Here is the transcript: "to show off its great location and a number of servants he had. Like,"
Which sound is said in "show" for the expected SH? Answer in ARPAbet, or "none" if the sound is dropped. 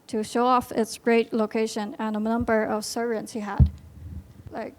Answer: SH